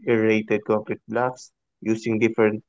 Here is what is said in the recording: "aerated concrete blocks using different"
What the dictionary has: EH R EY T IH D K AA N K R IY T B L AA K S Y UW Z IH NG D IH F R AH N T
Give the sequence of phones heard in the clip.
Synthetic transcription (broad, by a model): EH R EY T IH D K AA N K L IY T B L AA K S Y UW S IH NG D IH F R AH N T